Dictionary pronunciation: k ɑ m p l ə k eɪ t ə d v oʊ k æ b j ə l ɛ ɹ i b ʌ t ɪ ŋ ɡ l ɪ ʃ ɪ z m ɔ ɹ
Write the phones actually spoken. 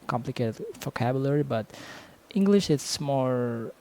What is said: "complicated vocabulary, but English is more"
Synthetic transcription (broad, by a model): k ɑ m p l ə k eɪ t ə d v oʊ k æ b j l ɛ ɹ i b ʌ t ɪ ŋ ɡ l ɪ ʃ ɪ s m ɔ ɹ